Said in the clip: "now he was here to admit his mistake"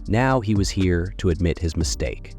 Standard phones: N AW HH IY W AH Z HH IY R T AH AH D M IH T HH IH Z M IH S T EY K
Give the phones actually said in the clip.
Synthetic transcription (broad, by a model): N AW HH IY W AH Z HH IY R T AH AH D M IH T HH IH Z M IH S T EY K